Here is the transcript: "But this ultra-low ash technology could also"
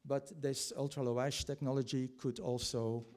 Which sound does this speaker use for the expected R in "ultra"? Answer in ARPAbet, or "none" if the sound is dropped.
R